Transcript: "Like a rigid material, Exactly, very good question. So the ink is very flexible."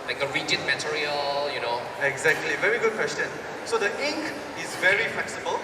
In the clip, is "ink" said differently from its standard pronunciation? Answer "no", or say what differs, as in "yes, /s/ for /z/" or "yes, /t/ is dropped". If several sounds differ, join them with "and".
no